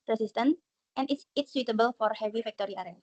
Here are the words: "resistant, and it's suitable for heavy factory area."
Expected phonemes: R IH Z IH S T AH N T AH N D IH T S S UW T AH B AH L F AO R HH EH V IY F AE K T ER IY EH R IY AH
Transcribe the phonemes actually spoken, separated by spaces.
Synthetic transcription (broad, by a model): R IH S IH S T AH N T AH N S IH T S S UW T AH B AH L F AO R HH EH V IY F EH K T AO IY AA R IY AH